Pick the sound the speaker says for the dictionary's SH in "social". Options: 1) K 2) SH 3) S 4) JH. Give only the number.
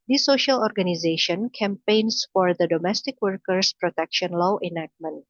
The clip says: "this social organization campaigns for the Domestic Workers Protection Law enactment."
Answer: 2